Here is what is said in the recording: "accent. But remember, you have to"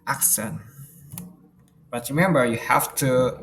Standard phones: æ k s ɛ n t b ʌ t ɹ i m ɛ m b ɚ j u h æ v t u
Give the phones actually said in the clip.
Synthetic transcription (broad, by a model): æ k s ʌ n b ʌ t ɹ i m ɛ m b ɚ j u h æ f t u